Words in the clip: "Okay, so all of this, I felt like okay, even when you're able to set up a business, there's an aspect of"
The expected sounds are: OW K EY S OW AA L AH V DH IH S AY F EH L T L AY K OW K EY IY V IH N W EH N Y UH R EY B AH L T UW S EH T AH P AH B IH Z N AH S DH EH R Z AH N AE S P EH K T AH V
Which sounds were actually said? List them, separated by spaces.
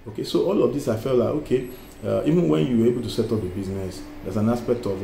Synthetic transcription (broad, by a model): OW K EY S OW AA L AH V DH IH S AY F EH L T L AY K OW K EY IY V IH N W EH N Y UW W EY B AH L T UW S EH T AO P AH B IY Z N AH S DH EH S AH N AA S P EH K T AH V